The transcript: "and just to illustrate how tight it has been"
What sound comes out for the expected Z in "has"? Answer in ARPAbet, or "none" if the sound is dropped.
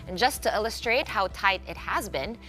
Z